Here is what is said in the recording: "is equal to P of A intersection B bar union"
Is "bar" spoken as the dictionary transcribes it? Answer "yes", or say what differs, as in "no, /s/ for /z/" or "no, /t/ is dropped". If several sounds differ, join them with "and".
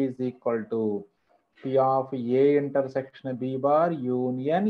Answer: yes